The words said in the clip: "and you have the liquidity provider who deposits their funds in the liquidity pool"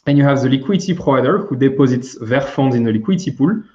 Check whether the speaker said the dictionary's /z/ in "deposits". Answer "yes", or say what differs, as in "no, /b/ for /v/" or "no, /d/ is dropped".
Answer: yes